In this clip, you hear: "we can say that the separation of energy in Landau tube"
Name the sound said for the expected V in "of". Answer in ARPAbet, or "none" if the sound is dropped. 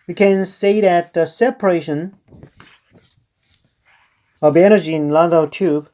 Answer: B